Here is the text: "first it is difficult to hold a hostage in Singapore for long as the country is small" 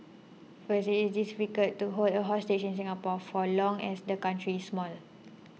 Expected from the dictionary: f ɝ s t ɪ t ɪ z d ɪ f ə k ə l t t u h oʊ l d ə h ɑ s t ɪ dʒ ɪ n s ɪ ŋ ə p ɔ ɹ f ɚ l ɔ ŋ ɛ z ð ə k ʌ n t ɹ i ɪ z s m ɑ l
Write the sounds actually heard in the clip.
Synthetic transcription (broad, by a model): f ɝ s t ɪ t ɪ s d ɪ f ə k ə t t u h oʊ l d ə h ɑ s t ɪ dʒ ɪ n s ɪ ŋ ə p ɔ f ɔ l ɔ ŋ ɛ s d ə k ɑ n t ɹ i s m ɑ l